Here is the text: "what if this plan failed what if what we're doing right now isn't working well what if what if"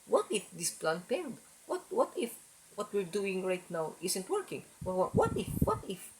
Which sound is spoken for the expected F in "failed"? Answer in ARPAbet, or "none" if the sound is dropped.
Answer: P